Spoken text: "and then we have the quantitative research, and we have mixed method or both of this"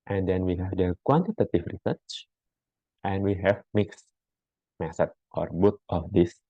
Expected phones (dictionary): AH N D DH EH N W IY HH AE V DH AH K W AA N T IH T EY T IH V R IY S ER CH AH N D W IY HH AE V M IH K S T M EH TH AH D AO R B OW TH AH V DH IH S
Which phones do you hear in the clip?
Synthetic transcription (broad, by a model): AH N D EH N W IY HH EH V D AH K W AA N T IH T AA T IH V R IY S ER CH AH N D W IY HH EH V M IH K S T M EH S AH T AO R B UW T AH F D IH S